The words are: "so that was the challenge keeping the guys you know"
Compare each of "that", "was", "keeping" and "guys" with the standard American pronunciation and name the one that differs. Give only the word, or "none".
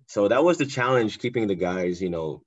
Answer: none